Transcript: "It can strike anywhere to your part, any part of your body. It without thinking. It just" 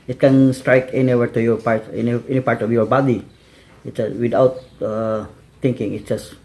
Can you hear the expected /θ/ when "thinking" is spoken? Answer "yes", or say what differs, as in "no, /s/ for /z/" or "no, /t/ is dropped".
no, /t/ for /θ/